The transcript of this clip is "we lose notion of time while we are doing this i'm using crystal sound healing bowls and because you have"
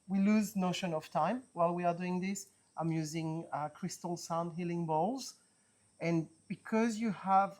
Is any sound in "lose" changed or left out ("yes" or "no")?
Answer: no